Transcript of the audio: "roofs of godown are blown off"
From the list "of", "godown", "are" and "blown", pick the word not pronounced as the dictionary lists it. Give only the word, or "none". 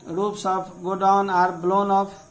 of